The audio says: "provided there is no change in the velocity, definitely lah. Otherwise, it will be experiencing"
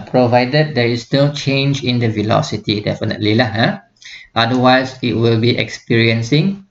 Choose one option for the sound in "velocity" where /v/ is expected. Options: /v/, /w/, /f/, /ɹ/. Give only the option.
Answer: /v/